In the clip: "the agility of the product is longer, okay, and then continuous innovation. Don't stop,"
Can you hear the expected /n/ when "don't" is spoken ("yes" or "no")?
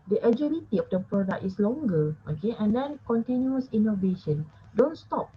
yes